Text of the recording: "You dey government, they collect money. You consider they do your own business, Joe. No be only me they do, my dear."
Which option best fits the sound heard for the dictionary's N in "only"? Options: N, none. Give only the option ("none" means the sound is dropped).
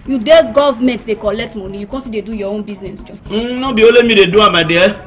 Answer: none